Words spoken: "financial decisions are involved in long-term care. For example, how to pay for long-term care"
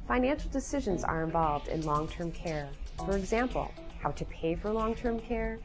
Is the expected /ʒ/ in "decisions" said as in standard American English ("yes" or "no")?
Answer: yes